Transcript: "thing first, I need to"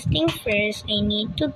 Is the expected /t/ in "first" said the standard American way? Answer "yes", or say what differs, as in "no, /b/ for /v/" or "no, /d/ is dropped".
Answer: no, /t/ is dropped